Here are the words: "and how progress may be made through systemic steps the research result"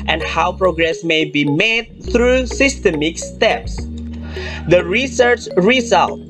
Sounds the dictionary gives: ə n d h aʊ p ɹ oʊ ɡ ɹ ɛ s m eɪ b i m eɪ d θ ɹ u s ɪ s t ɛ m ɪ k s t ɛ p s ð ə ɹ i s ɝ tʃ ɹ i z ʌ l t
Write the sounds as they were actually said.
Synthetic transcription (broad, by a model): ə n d h aʊ p ɹ oʊ ɡ ɹ ɛ s m eɪ b i m eɪ d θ ɹ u s ɪ s t ɛ m ɪ k s t ɛ p s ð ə ɹ i s ɝ tʃ ɹ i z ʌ l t